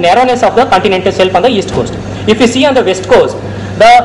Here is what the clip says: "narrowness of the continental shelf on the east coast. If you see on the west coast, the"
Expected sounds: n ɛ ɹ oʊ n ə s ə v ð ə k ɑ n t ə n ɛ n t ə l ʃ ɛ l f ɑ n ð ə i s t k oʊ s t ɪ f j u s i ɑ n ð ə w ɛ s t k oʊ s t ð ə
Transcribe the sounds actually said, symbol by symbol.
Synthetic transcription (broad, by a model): n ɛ ɹ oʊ n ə s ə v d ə k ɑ n t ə n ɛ n t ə l s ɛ l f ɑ n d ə i s t k oʊ s t ɪ f j u s i ɑ n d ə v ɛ s t k oʊ s t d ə